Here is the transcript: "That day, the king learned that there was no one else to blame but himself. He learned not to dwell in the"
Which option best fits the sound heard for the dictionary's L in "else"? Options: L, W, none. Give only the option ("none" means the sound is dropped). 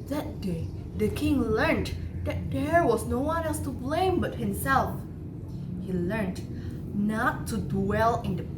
none